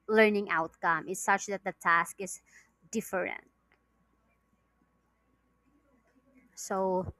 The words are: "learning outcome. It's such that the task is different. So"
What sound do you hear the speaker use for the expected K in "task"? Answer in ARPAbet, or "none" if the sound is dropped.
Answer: K